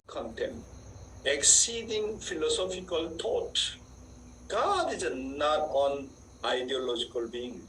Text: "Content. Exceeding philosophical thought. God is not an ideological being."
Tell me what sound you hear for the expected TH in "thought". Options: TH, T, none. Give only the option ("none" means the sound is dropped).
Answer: T